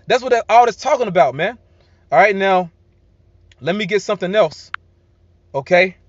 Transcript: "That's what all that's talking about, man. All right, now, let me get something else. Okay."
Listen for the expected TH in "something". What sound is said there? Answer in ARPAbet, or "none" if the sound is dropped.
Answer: TH